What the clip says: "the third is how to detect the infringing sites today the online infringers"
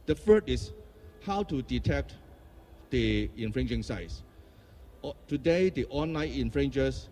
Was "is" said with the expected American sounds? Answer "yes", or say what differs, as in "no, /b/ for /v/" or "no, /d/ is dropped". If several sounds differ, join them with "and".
no, /s/ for /z/